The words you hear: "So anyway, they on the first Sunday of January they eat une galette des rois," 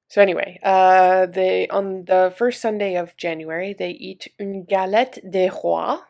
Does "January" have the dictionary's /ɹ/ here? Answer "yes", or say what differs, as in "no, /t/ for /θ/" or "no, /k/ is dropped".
yes